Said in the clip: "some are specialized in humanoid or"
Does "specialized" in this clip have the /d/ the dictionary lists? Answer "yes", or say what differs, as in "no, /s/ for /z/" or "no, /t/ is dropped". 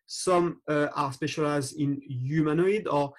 no, /d/ is dropped